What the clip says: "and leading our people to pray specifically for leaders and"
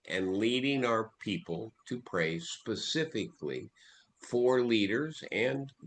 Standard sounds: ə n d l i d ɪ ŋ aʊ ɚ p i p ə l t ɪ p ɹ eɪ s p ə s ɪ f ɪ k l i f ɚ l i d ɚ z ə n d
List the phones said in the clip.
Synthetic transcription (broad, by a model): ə n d l i d ɪ ŋ aʊ ɚ p i p ə l t ɪ p ɹ eɪ s p ə s ɪ f ɪ k l i f ɚ l i d ɚ z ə n